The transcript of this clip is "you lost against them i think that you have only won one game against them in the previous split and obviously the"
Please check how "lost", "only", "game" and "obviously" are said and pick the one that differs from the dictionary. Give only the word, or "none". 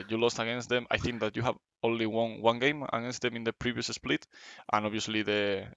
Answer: obviously